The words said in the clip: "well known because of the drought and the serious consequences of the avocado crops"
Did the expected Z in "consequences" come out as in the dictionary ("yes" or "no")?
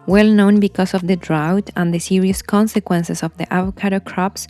no